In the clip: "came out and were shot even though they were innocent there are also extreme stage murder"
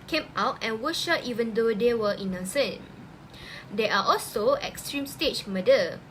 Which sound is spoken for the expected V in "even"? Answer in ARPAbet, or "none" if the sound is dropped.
V